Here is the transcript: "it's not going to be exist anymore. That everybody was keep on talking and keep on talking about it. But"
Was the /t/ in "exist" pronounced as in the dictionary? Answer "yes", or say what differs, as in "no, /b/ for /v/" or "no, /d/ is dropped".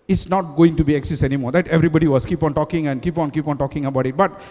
no, /t/ is dropped